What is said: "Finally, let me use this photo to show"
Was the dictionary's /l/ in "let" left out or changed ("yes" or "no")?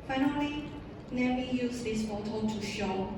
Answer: yes